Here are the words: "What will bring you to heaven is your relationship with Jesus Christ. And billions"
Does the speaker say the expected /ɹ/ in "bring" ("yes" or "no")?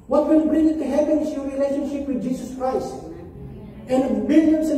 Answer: yes